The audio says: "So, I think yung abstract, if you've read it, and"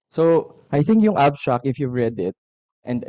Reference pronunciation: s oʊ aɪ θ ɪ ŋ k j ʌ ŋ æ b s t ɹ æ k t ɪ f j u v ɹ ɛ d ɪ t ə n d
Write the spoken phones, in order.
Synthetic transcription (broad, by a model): s oʊ aɪ θ ɪ ŋ k j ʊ ŋ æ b t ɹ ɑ k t ɪ f j u v ɹ ɛ d ɪ t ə n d